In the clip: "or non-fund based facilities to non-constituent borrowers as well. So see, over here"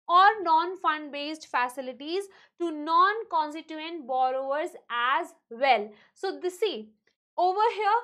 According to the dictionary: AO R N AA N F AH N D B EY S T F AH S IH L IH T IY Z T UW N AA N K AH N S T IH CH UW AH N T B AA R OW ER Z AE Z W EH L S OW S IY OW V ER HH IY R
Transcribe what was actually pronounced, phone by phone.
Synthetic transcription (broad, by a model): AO R N AA N F AH N D B EY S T F AH S IH L IH T IY Z T UW N AA N K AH N S T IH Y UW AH N T B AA R OW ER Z AE Z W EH L S OW S IY OW V ER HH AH